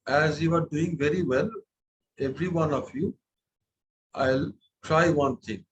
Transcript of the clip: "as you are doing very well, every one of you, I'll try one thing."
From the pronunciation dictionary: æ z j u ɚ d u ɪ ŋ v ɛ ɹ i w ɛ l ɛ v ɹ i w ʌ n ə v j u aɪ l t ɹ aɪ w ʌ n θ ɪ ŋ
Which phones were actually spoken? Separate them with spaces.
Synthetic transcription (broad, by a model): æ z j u ɚ d u ɪ ŋ v ɛ ɹ i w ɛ l ɛ v ɹ i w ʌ n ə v j u aɪ l t ɹ aɪ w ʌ n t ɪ ŋ